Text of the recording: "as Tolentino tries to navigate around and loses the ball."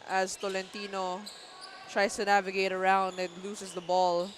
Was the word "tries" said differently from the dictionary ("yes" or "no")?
yes